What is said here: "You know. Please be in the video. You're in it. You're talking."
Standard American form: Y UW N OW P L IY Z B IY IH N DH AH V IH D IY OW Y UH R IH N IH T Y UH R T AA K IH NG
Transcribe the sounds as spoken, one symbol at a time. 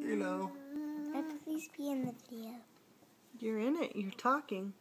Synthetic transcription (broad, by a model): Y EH L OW P L IY Z B IY IH N DH AH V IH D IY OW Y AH R IH N IH T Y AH R T AA K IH NG